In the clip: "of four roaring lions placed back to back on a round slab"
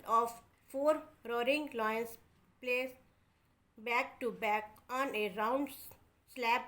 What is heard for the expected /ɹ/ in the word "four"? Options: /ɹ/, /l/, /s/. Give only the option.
/ɹ/